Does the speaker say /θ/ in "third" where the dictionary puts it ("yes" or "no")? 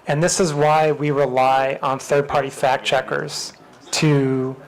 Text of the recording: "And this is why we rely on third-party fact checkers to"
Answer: yes